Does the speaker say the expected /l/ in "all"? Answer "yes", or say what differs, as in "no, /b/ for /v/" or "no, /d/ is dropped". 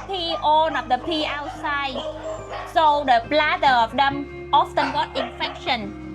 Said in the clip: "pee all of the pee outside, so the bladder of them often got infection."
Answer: no, /n/ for /l/